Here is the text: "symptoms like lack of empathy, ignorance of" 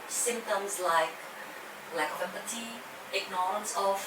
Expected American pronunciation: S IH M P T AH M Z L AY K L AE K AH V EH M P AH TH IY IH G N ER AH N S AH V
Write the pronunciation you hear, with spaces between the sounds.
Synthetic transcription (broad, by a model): S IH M P T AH M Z L AY K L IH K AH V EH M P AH T IY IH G N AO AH N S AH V